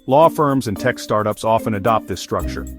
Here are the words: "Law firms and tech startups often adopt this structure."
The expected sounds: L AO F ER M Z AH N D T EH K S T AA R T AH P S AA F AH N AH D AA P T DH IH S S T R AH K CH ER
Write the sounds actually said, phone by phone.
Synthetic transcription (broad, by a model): L AO F ER M Z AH N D T EH K S T AA R T AH P S AA F AH N AH D AA P T DH IH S S T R AH K CH ER